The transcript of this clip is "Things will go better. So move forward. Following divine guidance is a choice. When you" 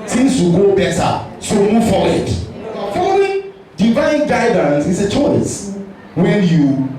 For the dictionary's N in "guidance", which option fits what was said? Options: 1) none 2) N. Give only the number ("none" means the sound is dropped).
2